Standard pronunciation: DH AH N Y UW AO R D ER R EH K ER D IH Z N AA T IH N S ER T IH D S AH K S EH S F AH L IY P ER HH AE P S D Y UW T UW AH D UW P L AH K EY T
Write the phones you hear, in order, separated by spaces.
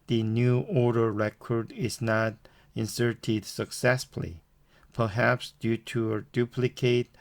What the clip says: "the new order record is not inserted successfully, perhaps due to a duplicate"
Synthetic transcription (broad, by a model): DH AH N Y UW AO R D ER R EH K ER D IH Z N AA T IH N S ER T IH D S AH K S EH S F L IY P ER HH AE P S D Y UW T UW AH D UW P L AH K EY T